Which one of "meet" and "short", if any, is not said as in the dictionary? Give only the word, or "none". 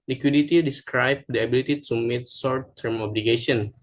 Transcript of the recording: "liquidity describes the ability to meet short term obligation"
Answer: short